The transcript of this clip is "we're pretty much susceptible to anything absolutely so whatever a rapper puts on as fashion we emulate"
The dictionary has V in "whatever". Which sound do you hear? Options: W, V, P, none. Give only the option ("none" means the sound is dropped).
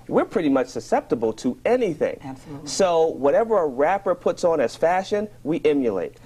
V